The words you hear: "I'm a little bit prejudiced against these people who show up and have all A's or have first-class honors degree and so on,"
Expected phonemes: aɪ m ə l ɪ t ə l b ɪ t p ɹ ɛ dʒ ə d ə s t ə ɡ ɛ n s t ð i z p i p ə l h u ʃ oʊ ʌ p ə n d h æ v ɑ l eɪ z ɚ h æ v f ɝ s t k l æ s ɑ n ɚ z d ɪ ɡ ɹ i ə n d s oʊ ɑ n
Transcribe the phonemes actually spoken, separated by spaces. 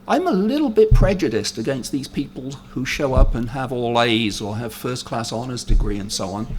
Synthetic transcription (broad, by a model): aɪ m ə l ɪ t l b ɪ t p ɹ ɛ dʒ ə d ə s t ə ɡ ɛ n s t ð i z p i p ə l h u ʃ oʊ ʌ p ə n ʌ v ɑ l eɪ z ɚ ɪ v f ɝ s k l æ s ɑ n ɚ z d ɪ ɡ ɹ i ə n s oʊ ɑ n